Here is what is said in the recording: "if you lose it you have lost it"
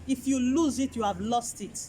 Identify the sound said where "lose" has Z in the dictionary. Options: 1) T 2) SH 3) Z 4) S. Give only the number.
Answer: 3